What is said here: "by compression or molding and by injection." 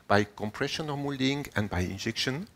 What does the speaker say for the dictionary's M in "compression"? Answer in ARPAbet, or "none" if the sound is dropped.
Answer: M